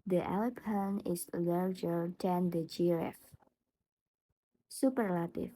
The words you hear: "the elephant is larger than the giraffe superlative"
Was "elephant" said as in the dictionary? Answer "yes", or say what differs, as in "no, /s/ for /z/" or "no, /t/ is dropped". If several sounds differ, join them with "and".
no, /p/ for /f/ and /t/ is dropped